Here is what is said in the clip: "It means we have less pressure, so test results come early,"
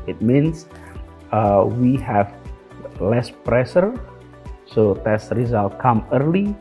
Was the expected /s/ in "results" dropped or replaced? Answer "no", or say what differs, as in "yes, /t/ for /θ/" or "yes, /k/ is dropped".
yes, /s/ is dropped